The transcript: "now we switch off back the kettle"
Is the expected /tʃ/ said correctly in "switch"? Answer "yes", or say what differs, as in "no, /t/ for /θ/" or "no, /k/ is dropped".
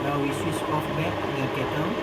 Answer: no, /s/ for /tʃ/